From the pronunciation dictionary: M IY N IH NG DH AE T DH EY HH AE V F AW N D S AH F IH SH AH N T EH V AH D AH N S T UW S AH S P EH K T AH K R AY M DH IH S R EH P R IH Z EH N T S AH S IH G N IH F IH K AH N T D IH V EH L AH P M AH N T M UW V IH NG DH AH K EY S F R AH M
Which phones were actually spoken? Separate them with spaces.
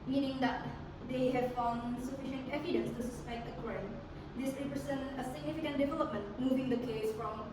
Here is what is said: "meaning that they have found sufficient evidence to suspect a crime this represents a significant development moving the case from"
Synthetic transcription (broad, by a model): M IY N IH NG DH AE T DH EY HH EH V F AW N D S AH F IH SH AH N T EH V AH D AH N S T UW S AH S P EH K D AH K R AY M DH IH S R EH P R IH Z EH N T AH S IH G N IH F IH K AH N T D IH V EH L AH P M AH N T M UW V IH NG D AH K EY S F R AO M